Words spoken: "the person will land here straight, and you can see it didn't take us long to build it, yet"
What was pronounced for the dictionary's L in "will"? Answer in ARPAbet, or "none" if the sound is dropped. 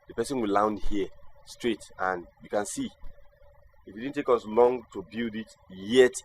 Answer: L